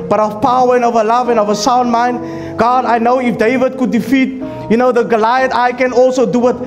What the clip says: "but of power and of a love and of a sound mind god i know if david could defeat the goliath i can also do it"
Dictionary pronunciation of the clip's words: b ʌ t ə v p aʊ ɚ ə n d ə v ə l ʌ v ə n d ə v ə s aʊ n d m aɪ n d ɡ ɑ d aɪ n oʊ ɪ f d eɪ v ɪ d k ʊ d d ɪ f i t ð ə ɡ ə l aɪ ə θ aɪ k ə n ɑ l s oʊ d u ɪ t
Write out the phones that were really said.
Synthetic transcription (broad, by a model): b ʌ t ə v p aʊ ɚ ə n ə v ə l ʌ v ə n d ə v ə s aʊ n d m aɪ n d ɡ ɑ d aɪ n oʊ ɪ f d eɪ v ɪ d k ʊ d d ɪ f i t ð ə ɡ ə l aɪ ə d aɪ k ə n ɑ l s oʊ d u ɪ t